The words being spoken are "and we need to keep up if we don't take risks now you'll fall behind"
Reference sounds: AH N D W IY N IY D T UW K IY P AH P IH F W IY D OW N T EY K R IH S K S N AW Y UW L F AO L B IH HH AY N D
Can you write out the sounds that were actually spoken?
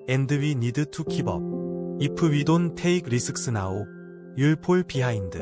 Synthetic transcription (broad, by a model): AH N D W IY N IY D T UW K IY B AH P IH W IY D OW N T EY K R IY S K S N AW Y UW L P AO L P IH HH AY N D